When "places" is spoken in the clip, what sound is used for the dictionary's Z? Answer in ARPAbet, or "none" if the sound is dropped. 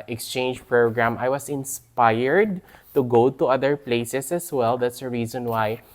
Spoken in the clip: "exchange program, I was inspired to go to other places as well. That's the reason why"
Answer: S